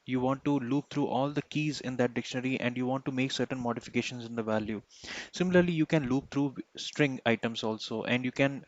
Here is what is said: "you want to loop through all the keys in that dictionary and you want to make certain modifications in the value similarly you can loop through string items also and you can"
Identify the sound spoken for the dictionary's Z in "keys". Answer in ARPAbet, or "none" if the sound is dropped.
Z